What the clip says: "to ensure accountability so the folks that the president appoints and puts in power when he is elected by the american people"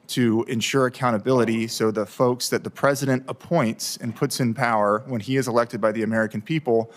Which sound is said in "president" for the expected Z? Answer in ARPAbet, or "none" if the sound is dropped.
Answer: Z